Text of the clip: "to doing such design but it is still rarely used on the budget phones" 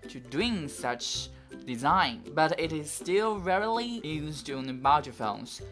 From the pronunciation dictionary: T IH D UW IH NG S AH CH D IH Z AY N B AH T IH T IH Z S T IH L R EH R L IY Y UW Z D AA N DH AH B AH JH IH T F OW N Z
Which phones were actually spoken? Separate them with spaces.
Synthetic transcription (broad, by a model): T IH D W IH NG S AH CH D IH Z AY N B AH T IH T IH Z S T IH L R EH R L IY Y UW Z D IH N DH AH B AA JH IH F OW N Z